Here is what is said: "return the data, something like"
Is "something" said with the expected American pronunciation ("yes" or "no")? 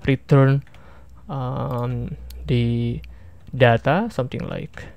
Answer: no